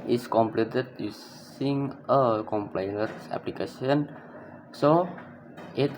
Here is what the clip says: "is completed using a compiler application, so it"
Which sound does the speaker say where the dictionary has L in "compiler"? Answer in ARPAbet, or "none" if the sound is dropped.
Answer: N